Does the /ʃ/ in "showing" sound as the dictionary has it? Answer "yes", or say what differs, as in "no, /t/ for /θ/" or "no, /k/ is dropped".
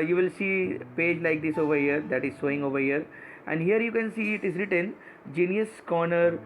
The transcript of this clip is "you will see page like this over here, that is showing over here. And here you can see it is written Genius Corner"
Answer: no, /s/ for /ʃ/